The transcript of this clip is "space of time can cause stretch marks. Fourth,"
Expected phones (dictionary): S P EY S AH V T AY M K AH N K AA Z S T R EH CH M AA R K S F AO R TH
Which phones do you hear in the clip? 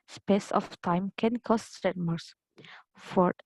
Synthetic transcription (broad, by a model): S P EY S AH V T AY M K AH N K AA S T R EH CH M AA R S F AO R